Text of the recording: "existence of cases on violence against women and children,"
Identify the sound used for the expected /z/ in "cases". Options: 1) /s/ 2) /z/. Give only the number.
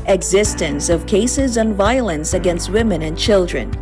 2